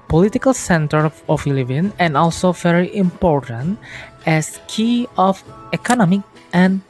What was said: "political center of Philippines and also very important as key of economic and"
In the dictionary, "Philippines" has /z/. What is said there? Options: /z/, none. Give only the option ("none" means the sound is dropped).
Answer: none